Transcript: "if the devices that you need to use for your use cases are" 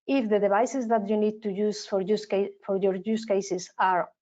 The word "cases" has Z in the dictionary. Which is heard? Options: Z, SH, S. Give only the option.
S